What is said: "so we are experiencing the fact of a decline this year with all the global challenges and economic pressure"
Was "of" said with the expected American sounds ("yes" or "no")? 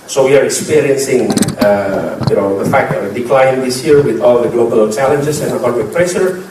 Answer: no